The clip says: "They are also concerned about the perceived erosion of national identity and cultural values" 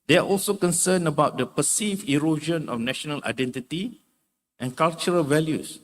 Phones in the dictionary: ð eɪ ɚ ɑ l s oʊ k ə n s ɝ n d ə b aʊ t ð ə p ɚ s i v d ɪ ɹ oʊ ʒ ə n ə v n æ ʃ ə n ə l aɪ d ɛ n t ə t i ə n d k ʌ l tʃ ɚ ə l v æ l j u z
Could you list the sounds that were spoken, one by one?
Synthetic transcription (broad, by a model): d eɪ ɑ ɑ l s oʊ k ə n s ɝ n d ə b aʊ t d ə p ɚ s i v ɪ ɹ oʊ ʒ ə n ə f n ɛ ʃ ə n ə l aɪ d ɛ n t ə t i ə n k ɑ l tʃ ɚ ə l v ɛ l j u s